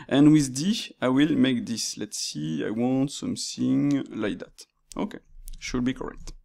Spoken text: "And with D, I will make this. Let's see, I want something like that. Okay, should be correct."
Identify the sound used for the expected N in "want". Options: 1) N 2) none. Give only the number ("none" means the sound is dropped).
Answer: 1